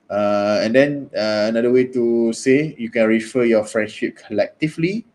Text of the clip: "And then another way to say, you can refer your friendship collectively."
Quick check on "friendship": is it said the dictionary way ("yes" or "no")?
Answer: yes